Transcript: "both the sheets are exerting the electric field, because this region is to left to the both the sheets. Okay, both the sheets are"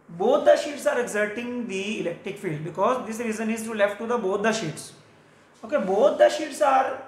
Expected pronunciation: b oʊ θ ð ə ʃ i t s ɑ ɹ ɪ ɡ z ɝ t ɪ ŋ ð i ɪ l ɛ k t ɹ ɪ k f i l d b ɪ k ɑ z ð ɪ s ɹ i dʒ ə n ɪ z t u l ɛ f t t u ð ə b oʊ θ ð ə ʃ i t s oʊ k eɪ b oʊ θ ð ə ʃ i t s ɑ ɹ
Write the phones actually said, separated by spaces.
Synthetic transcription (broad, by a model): b oʊ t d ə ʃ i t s ɑ ɹ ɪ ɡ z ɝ t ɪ ŋ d i ɪ l ɛ k t ɹ ɪ k f i l d b ɪ k ɑ z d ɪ s ɹ i z ə n ɪ z t u l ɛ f t t u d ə b oʊ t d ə ʃ i t s oʊ k eɪ b oʊ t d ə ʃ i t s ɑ ɹ